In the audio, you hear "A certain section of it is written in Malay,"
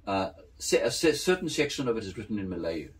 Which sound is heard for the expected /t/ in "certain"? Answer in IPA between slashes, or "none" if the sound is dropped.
/s/